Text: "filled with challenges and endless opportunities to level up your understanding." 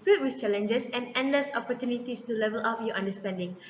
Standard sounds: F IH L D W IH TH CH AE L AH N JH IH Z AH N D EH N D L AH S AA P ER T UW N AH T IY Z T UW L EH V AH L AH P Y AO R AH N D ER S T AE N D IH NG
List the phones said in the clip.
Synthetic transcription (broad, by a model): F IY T W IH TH CH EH L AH N JH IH S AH N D EH N D L AH S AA P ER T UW N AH T IY S T UW L EH V AH L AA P Y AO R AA N D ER S T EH N D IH NG